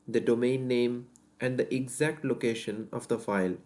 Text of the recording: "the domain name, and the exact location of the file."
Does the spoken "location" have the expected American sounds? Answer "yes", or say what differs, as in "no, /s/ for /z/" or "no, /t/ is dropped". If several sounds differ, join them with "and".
yes